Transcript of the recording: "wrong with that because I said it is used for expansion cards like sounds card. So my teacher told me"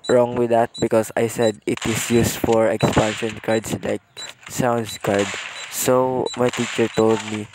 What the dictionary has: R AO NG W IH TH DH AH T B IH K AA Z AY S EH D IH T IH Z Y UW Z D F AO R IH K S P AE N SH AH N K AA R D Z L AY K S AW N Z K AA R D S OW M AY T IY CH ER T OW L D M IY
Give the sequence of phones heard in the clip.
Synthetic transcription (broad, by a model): R AO NG W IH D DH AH T B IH K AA S AY S EH D IH T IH S Y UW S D F AO R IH K S P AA N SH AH N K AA R D S L AY K S AW N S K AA R D S OW M AY T IY CH ER T OW L D M IY